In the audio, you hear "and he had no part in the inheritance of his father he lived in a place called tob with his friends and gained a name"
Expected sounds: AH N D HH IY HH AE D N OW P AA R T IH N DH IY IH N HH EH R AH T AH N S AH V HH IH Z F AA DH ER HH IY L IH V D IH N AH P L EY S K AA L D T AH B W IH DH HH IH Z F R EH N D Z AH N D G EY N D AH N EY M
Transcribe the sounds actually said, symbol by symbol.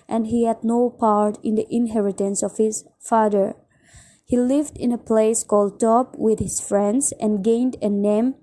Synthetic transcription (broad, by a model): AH N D HH IY HH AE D N OW P AA R T IH N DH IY IH N HH EH R AH T AH N S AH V HH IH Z F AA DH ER HH IY L IH V D IH N AH P L EY S K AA L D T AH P W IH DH HH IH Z F R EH N D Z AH N G EY N D AH N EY M